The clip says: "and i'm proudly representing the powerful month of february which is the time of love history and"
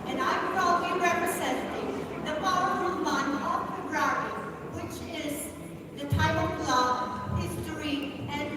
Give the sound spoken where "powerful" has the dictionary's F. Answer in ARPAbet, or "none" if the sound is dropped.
none